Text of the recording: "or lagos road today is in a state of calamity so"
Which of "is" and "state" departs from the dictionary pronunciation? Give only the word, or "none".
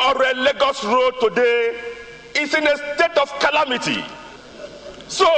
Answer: is